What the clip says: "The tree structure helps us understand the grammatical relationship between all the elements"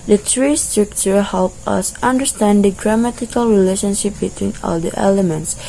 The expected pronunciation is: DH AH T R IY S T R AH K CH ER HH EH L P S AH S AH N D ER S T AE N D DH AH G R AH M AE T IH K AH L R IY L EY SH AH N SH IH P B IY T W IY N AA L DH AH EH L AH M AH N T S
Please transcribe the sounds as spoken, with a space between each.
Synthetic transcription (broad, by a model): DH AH T R IY S T R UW K CH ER HH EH L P AH S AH N D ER S T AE N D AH G R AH M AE T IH K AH L R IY L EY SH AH N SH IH P B IY T W IY N AA L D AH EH L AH M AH N T S